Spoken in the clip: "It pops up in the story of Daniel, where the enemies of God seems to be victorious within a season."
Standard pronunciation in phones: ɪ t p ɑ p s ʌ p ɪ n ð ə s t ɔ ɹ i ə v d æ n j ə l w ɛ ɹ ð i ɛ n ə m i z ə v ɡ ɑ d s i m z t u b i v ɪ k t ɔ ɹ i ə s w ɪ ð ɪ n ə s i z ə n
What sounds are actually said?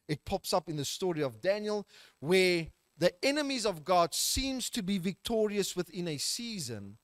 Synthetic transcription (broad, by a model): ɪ t p ɑ p s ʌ p ɪ n ð ə s t ɔ ɹ i ə v d æ n j ə l w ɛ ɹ ð i ɛ n ə m i z ə v ɡ ɑ d s i m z t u b i v ɪ k t ɔ ɹ i ə s w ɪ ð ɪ n ə s i z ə n